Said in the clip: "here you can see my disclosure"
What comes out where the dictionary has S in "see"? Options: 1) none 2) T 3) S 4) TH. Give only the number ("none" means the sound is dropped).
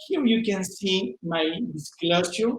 3